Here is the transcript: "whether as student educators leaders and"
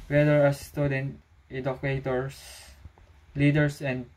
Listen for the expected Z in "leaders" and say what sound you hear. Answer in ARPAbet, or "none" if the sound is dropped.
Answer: S